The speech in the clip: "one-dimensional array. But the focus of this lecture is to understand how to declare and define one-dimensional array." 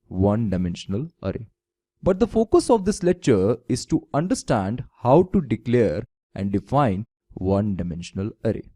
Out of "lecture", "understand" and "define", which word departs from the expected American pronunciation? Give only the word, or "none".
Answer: none